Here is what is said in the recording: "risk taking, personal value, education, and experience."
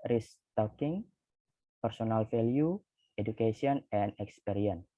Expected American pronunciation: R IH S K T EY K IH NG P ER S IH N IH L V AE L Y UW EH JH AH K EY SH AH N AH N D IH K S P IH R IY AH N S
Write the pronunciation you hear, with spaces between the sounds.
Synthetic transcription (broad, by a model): R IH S T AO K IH NG P ER S IH N IH L F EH L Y UW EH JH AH K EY S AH N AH N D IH K S P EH R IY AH N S